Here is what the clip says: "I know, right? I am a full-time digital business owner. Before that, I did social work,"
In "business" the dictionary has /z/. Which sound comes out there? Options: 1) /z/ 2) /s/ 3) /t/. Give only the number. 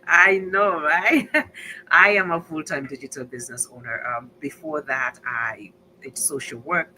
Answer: 1